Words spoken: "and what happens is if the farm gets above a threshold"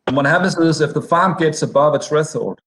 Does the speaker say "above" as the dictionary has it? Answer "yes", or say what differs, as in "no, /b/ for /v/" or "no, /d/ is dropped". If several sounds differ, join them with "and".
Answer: yes